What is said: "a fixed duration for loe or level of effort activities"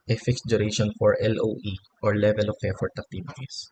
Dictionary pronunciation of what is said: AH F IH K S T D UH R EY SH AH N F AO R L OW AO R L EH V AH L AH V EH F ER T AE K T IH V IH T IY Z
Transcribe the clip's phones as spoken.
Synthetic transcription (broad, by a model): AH F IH K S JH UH R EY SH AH N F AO R L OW AO R L EH V AH L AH P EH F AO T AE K T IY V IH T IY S